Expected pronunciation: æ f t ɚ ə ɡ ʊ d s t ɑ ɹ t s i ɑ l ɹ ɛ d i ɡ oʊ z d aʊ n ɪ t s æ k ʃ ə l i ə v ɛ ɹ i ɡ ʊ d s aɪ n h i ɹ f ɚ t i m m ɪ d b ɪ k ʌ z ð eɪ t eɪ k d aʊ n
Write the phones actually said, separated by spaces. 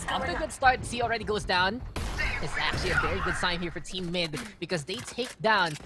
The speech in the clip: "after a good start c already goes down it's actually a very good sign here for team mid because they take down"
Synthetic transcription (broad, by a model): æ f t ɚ ə ɡ ʊ d s t ɑ ɹ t s i l ɹ ɛ d i ɡ oʊ z d aʊ n ɪ t s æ k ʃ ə l i ə v ɛ ɹ i ɡ ʊ d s aɪ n h i ɹ f ɚ t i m m ɪ d b ɪ k ʌ z ð eɪ t eɪ k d aʊ n